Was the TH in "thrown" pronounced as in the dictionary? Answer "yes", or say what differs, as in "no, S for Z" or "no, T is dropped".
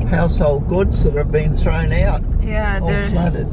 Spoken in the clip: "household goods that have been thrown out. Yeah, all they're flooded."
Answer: yes